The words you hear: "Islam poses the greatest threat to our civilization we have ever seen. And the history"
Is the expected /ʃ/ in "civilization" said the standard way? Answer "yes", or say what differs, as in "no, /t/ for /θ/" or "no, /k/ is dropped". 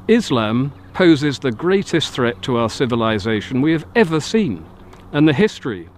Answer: yes